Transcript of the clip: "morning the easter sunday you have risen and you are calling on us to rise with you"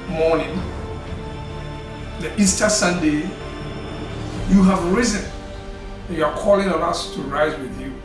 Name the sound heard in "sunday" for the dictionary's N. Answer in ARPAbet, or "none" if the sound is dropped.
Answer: N